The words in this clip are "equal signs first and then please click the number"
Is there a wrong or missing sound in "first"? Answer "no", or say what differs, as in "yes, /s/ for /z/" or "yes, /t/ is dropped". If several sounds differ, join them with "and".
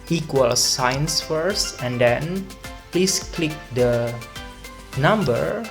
no